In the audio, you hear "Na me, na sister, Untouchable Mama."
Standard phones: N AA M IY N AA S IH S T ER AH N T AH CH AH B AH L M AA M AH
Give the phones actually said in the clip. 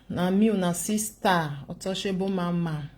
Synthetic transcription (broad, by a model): N AA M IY N AA S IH S T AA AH T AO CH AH B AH M AA M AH